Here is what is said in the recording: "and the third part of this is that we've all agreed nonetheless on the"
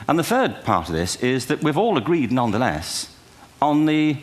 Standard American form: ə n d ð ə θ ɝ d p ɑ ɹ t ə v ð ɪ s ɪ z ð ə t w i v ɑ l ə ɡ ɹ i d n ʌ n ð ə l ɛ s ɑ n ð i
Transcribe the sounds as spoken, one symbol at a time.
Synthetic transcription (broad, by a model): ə n ð ə θ ɝ d p ɑ ɹ t ə v ð ɪ s ɪ z ð ə t w i v ɑ l ə ɡ ɹ i d n ʌ n ð ə l ɛ s n ð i